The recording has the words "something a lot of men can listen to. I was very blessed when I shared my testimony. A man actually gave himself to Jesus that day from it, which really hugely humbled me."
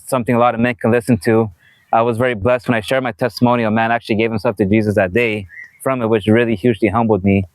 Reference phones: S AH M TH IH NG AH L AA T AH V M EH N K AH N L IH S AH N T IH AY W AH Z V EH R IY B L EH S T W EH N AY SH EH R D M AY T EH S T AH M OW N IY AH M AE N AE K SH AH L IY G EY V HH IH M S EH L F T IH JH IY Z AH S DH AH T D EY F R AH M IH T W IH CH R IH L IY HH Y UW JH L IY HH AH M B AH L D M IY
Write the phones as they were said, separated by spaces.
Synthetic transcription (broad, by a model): S AH M TH IH NG AH L AA T AH V M EH N K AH N L IH S AH N T IH AY W AH Z V EH R IY B L EH S T W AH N AY SH EH R D M AY T EH S T AH M OW N IY AH M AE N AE K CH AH L IY G EY V HH IH M S EH L F T IH JH IY Z AH S DH AH T D EY F R AH M IH T W IH CH R IH L IY HH Y UW JH L IY HH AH M B L D M IY